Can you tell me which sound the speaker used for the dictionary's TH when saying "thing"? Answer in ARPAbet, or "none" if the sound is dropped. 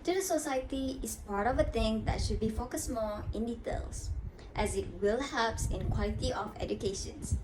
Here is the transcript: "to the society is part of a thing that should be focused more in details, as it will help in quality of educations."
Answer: T